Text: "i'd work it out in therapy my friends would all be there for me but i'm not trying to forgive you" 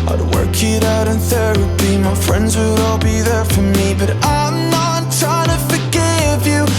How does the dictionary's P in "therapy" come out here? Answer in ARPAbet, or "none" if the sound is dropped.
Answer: B